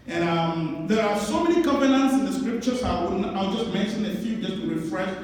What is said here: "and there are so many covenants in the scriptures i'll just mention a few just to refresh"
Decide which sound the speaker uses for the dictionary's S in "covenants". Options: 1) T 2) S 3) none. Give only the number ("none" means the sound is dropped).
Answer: 2